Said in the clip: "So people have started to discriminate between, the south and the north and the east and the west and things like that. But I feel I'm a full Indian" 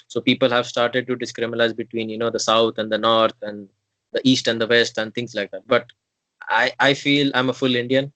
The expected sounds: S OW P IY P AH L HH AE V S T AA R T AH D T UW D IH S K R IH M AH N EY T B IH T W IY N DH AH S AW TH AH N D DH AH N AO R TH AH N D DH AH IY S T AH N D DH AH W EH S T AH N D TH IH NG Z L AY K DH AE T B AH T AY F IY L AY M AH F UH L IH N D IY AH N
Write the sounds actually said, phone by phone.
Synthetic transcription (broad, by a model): S OW P IY P AH L HH AE V S T AA R T AH D T UW D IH S K R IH M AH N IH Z B IH T W IY N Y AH S AW T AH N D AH N AO R T AH N D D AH IY S T AH N D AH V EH S T AH N D T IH NG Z L AY K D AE T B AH T AY F IY L AY M AH F UH L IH N D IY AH N